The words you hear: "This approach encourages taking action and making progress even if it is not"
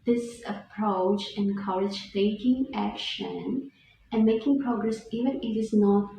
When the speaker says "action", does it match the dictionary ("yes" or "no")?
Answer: yes